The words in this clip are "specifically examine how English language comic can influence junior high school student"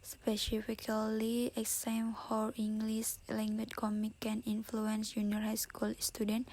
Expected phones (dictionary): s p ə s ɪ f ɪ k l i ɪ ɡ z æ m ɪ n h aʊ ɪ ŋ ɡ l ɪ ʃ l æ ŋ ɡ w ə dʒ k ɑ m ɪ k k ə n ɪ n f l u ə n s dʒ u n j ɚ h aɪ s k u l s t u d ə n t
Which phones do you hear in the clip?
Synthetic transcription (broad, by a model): s p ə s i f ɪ k l i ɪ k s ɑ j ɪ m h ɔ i ŋ ɡ l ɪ s l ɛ ŋ ɡ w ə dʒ k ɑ m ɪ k k ə n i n f l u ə n s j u n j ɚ h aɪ s k u l s t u d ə n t